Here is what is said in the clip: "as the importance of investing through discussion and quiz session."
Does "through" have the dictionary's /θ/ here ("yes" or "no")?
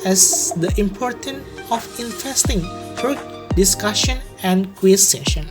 no